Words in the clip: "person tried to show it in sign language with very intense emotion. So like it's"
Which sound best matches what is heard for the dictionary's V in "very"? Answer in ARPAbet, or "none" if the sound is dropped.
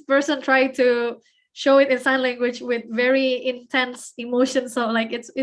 V